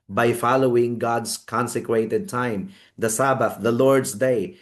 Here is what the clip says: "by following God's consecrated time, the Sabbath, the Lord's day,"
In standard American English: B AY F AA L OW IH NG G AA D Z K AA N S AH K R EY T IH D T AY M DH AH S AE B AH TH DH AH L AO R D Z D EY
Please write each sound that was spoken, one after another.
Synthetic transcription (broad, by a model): B AY F AA L OW IH NG G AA D S K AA N S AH K W EY T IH D T AY M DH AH S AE B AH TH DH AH L AO R D S D EY